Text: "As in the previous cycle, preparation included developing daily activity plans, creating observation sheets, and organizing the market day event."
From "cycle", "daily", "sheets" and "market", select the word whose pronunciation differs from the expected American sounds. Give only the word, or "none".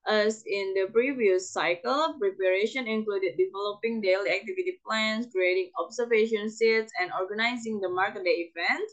sheets